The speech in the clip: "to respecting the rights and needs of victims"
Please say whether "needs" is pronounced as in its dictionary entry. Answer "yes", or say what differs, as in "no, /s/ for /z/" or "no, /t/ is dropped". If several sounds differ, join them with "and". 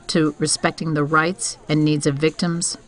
yes